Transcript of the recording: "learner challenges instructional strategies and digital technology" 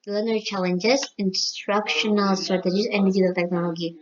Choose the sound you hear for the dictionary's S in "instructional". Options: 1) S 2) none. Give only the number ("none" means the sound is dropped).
1